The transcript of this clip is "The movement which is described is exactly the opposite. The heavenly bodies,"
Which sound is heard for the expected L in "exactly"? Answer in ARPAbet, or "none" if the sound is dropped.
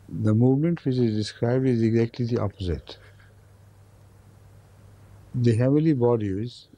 L